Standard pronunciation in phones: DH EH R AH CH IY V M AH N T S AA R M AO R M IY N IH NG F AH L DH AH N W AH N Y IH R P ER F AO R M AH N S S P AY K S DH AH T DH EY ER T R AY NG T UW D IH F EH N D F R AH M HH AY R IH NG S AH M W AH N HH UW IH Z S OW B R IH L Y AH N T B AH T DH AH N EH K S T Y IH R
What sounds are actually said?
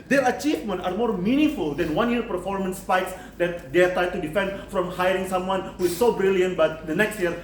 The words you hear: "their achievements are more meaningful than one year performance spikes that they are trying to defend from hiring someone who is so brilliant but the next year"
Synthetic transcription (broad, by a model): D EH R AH CH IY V M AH N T AA R M AO R M IY N IH NG F AH L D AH N W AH N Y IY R P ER F AO R M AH N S S P AY K S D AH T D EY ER T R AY T UW D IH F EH N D F R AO M HH AY R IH NG S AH M W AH N HH UW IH S OW B R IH L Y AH N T B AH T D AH N EH K S T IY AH R